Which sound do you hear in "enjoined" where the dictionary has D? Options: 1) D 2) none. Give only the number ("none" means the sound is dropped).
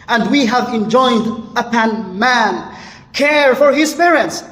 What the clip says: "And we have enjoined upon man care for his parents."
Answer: 1